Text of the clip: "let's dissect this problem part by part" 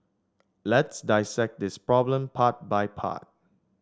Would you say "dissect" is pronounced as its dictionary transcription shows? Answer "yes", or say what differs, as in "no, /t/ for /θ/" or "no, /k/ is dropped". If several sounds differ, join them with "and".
yes